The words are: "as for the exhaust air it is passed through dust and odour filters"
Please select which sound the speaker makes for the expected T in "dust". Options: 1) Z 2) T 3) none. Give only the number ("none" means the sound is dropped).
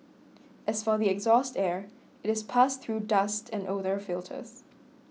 2